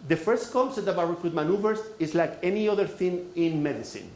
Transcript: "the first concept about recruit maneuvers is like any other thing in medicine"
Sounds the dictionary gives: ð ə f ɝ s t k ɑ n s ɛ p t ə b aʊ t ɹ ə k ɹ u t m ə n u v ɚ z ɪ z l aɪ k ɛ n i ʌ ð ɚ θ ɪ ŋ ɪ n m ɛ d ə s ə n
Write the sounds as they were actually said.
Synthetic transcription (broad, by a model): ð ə f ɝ s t k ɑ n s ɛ t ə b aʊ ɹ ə k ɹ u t m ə n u v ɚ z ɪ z l aɪ k ɛ n i ʌ ð ɚ θ ɪ ŋ ɪ n m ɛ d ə s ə n